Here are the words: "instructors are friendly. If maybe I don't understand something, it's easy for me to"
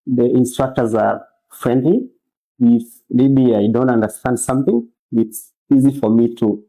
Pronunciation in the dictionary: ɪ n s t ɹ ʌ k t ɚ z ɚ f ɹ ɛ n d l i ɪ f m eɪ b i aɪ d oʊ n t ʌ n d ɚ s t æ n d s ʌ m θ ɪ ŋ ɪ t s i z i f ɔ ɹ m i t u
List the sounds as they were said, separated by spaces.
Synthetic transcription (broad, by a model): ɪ n s t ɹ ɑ k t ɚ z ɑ f ɹ ɛ n d l i ɪ f m eɪ b i aɪ d oʊ n t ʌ n d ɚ s t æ n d s ʌ m θ ɪ ŋ ɪ t s i z i f ɔ ɹ m i t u